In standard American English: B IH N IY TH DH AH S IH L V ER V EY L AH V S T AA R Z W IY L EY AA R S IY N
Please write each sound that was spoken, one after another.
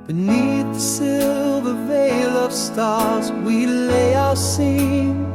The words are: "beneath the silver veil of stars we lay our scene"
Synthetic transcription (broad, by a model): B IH N IY TH DH AH S IH L V ER V EY L AH V S T AA R Z W IY L EY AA S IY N